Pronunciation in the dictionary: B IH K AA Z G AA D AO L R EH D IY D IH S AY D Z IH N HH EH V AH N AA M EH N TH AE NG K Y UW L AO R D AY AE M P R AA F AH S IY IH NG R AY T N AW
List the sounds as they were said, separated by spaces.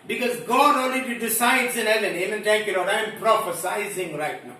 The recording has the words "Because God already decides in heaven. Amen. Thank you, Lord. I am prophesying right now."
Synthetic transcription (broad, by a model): B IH K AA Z G AA D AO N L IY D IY D IH S AY D Z IH N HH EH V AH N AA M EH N T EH K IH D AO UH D AY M P R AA F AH S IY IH NG R AY T N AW